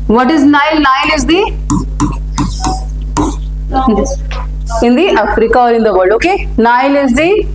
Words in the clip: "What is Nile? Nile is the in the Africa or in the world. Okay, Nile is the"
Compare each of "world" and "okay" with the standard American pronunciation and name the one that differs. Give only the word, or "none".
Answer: world